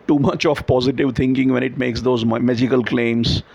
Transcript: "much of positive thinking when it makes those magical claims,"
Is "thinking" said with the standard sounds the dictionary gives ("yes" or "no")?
no